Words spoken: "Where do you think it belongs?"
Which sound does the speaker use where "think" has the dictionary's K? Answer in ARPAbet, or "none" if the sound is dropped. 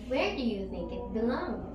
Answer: K